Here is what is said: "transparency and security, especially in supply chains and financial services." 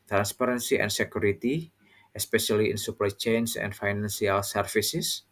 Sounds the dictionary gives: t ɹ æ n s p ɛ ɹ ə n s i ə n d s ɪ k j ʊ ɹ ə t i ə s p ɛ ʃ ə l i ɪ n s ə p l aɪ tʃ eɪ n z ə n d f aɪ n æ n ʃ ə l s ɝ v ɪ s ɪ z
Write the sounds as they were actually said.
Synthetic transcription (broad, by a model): t ɹ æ n s p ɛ ɹ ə n s i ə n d s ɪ k j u ɹ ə t i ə s p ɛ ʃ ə l i ɪ n s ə p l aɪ tʃ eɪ n s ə n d f aɪ n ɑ n s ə l s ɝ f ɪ s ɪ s